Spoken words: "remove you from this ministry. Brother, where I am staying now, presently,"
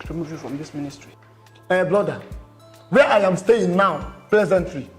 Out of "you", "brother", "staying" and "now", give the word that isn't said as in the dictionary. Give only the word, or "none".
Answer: brother